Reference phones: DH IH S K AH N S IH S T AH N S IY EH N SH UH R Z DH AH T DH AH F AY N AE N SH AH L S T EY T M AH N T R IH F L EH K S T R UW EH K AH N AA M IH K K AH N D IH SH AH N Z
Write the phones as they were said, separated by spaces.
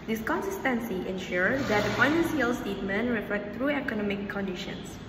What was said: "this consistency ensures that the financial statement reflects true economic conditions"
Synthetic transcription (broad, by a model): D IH S K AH N S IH S T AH N S IY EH N SH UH R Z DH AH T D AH F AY N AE N S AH L S T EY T M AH N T R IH F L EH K T R UW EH K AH N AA M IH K K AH N D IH SH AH N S